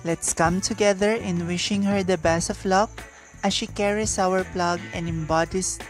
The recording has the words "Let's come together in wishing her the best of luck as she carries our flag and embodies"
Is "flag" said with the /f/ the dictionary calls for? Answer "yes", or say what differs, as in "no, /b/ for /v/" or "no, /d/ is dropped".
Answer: no, /p/ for /f/